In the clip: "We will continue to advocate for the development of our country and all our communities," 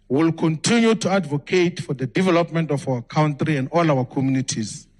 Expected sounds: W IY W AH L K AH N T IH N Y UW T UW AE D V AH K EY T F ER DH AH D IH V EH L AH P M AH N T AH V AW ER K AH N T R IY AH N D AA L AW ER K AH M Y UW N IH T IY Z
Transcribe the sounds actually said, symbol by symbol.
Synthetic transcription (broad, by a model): W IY L K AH N T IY N Y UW T UW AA D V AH K EY T F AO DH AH D IH V EH L AH P M AH N T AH F AW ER K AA N T R IY AH N D AA L AW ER K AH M Y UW N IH T IY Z